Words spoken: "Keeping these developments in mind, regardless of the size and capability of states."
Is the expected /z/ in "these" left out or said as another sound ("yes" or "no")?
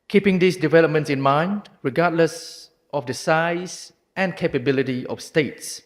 yes